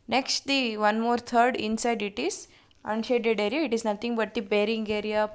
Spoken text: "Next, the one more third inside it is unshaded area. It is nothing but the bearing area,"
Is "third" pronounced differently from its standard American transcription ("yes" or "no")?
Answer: yes